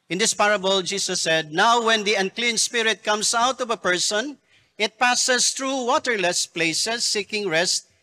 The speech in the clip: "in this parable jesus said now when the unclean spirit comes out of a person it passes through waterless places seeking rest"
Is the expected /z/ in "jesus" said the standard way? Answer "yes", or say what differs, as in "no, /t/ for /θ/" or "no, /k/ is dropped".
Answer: no, /s/ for /z/